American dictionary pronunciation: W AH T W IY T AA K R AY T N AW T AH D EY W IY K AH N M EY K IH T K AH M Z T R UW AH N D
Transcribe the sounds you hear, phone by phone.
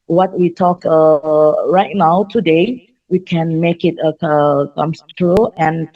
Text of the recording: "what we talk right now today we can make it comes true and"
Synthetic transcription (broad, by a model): W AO T W IY T AA K R AY T N AW T AH D EY W IY K AH N M EY K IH T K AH M S T R UW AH N